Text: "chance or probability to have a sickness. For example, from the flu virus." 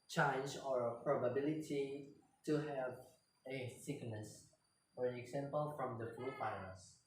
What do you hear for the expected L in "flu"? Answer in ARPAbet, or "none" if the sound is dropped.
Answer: none